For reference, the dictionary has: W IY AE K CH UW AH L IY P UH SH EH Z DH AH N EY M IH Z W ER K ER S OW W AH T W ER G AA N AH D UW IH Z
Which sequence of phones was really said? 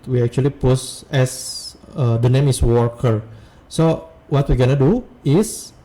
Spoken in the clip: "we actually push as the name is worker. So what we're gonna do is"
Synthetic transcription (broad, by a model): W IY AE K CH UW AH L IY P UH S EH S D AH N EY M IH S W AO K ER S OW W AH T W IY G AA N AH D UW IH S